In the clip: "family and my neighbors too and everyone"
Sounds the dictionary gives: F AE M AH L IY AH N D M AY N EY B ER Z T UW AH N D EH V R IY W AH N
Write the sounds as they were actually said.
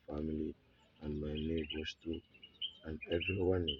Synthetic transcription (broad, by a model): F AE M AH L IY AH N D M AY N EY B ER S T UW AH N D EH V R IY W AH N